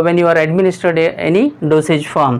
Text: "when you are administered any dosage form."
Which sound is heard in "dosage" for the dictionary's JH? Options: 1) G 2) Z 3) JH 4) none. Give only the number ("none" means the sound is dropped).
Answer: 3